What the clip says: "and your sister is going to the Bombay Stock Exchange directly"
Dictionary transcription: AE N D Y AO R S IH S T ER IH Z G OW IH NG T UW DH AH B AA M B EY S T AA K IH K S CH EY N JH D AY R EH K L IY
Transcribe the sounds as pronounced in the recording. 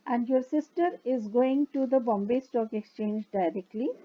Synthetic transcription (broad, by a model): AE N D Y AO R S IH S T ER IH Z G OW IH NG T UW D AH B AA M B EY S T AA K IH K S CH EY N JH D AY R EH K L IY